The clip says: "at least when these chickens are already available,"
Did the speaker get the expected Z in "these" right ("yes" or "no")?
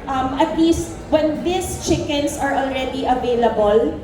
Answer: no